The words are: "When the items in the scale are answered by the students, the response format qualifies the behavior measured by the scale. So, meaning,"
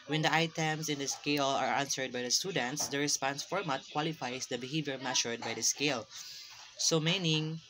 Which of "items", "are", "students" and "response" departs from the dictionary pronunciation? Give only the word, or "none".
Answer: items